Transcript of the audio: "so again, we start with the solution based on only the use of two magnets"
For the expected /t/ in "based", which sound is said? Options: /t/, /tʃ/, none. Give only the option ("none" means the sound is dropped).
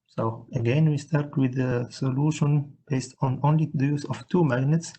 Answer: /t/